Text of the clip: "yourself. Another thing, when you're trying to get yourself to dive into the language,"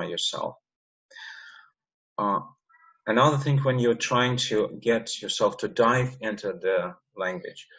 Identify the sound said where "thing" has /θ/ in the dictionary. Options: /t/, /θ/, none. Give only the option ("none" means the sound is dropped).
/θ/